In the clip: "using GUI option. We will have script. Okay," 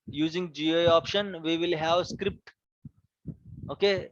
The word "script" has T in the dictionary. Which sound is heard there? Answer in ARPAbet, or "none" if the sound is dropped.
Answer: T